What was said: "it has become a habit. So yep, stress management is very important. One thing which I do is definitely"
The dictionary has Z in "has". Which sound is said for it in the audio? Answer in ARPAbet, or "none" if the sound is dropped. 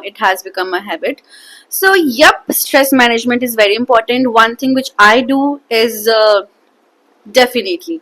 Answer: Z